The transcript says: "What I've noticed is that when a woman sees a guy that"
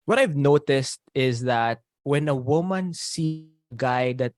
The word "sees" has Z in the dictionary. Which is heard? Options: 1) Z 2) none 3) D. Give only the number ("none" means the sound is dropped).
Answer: 2